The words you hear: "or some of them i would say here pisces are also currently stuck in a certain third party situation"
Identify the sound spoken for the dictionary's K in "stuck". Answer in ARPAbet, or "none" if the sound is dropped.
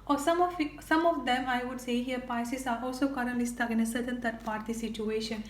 none